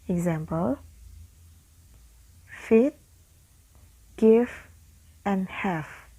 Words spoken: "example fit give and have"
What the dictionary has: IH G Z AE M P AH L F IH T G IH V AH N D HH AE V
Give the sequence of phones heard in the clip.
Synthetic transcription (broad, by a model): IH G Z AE M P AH L F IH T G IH F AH N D HH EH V